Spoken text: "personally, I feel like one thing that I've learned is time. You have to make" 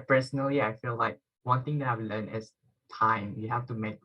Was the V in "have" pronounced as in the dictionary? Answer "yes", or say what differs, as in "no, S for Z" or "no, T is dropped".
no, F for V